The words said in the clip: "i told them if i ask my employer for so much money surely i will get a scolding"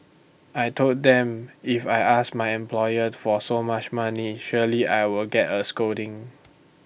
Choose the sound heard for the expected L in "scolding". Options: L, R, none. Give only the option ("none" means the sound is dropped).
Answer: none